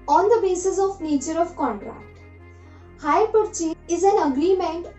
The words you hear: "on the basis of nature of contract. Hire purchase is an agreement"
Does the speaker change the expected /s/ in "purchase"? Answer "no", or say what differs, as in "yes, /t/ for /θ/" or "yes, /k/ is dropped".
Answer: yes, /s/ is dropped